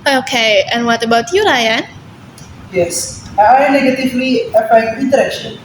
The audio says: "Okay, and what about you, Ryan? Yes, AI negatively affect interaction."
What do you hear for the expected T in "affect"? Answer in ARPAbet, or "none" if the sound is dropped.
none